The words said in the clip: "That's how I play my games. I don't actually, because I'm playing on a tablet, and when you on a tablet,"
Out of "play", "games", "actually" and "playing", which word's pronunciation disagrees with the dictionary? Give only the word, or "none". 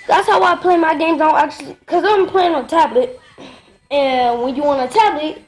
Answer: actually